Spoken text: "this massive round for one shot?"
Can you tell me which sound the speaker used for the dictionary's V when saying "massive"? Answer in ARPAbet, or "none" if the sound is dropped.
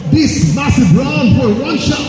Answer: B